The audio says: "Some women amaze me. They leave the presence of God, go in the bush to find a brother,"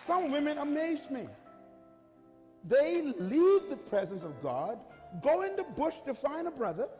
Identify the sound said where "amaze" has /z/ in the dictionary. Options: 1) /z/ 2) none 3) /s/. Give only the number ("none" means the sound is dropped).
1